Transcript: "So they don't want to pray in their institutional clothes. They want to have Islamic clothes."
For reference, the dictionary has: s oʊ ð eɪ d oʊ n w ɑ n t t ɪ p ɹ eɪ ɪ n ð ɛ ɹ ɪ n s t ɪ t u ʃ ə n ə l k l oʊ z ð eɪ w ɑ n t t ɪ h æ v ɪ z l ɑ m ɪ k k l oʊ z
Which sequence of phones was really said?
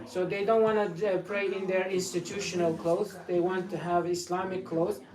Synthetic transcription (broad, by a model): s oʊ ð eɪ d oʊ n w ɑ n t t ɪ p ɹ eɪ ɪ n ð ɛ ɹ ɪ n s t ɪ t u ʃ ə n ə l k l oʊ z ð eɪ w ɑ n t t ɪ h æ v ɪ s l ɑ m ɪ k k l oʊ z